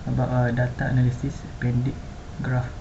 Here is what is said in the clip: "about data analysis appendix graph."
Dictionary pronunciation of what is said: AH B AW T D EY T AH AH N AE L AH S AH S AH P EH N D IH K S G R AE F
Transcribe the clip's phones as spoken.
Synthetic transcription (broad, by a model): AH B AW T D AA T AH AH N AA L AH S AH S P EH N D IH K G R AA F